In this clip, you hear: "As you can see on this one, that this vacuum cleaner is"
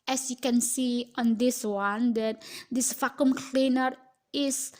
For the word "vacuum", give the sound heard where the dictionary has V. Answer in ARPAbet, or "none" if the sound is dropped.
F